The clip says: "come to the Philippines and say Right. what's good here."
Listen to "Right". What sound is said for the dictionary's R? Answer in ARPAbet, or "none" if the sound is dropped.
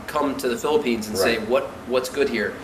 W